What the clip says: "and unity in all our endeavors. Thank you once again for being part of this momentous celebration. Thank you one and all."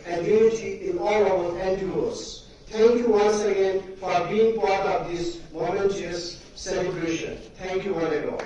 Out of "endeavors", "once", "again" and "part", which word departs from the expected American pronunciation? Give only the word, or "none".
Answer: endeavors